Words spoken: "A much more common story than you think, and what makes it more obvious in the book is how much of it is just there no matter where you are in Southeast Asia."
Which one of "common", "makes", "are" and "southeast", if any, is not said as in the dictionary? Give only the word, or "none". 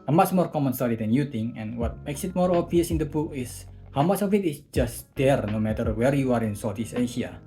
southeast